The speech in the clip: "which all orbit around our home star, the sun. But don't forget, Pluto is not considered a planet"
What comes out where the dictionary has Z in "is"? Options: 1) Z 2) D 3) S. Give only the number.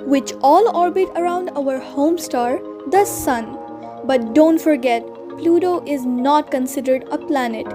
1